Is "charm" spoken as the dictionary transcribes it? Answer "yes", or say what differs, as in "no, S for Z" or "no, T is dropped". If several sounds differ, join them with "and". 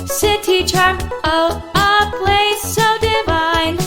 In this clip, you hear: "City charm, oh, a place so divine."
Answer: no, M is dropped